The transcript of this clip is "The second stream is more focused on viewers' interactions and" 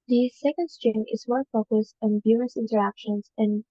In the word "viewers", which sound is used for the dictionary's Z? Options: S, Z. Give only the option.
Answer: S